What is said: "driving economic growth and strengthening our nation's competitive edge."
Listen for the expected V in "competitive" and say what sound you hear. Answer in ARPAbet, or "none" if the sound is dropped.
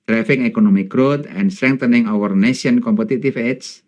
F